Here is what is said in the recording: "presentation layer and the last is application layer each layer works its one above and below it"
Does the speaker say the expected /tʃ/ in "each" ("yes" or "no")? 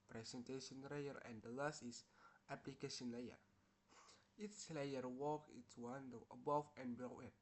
no